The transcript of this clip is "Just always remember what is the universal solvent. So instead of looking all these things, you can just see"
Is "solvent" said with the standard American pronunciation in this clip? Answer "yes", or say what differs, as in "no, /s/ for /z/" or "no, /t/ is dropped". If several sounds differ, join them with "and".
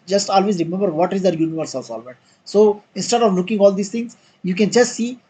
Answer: no, /n/ is dropped